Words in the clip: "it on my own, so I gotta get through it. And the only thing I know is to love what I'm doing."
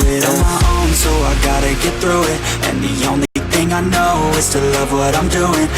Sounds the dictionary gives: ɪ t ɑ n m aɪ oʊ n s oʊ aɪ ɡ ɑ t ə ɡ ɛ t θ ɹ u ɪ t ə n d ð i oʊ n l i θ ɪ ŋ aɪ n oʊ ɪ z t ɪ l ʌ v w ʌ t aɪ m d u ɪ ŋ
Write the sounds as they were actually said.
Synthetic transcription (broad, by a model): ɪ t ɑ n m aɪ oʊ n s oʊ aɪ ɡ ɑ t ə ɡ ɛ t θ ɹ u ɪ t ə n ð i oʊ n l i θ ɪ ŋ aɪ n oʊ ɪ z t ɪ l ʌ v w ʌ t aɪ m d u ɪ ŋ